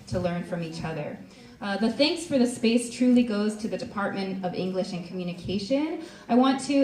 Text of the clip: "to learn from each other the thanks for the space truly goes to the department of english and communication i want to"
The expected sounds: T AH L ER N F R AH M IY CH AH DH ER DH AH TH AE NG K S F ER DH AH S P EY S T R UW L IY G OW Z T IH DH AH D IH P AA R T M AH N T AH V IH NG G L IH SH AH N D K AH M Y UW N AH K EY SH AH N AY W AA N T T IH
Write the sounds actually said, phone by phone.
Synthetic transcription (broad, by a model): T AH L ER N F R AH M IY CH AH DH ER DH AH TH AE NG K S F ER DH AH S P EY S T R UW L IY G OW Z T IH DH AH D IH P AA R T M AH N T AH V IH NG G L IH SH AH N K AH M Y UW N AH K EY SH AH N AY W AA N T T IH